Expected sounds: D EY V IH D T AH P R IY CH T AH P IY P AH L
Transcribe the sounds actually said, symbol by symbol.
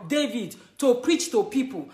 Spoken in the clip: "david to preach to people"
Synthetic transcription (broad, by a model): D EY V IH D T AH P R IY CH T AH P IY P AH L